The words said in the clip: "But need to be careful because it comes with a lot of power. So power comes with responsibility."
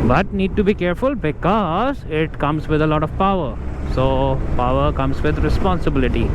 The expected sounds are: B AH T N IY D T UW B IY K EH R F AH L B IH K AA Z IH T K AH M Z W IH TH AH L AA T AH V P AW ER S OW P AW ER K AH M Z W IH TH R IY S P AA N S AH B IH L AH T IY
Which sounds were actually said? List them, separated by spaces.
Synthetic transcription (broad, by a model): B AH T N IY D T UW B IY K EH R F AH L B IH K AA Z IH T K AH M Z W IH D AH L AA T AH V P AW ER S OW P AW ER K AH M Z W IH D R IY S P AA N S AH B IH L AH T IY